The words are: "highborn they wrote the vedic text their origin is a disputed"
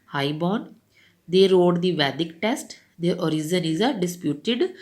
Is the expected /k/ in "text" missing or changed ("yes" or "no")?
yes